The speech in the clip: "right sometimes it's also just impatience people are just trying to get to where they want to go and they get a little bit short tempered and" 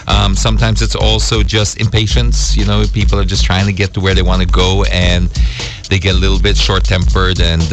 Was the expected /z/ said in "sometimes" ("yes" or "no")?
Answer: yes